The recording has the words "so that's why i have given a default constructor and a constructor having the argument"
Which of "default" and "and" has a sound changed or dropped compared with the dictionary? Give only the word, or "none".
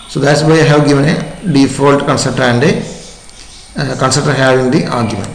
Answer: none